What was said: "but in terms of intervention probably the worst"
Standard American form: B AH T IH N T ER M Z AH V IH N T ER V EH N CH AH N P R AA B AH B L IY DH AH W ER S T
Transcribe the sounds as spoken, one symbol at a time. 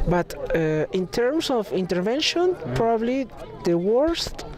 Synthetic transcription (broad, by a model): B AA T IH N T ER M S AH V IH N T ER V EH N SH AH N P R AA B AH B L IY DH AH W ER S T